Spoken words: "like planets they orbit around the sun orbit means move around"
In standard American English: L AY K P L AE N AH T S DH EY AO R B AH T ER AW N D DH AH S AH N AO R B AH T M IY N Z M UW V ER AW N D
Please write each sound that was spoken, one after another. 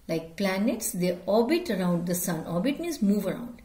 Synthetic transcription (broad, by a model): L AY K P L AE N AH T S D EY AO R B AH T ER AW N D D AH S AH N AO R B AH T M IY N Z M UW V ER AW N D